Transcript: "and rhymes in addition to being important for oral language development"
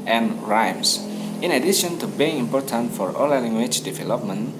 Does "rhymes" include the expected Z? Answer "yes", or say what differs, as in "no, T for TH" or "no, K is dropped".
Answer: no, S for Z